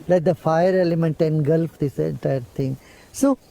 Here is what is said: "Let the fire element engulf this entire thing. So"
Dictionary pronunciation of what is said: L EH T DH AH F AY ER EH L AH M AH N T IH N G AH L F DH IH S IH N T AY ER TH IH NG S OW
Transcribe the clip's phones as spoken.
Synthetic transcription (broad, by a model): L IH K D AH F AY ER EH L AH M AH N T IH N G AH L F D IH S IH N T AY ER T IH NG S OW